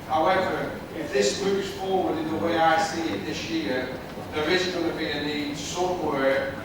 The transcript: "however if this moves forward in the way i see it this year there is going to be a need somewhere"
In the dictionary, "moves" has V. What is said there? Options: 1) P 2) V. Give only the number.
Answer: 1